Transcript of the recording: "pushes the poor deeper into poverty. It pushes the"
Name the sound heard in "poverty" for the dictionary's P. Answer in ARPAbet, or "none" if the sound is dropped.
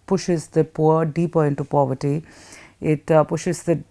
P